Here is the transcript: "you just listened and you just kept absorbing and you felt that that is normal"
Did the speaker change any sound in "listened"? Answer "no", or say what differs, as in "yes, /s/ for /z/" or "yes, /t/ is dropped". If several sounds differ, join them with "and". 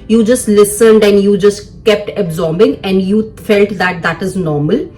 no